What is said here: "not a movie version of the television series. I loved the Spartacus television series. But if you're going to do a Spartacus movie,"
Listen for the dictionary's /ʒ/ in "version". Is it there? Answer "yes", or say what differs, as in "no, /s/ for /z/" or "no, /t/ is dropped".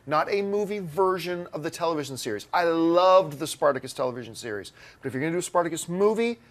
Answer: yes